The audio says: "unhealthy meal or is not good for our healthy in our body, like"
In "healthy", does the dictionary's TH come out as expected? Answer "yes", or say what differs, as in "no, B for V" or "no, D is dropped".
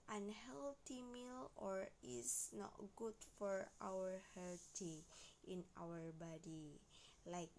no, T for TH